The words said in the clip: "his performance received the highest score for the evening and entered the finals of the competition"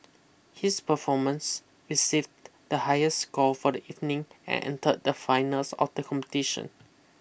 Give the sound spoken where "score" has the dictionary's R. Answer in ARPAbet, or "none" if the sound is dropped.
L